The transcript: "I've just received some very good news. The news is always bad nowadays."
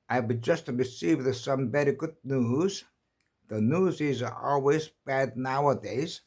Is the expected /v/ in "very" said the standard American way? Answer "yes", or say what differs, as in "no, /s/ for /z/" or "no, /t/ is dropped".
no, /b/ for /v/